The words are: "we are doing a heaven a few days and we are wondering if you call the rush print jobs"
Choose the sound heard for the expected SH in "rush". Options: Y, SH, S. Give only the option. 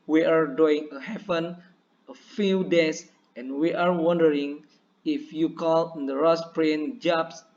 S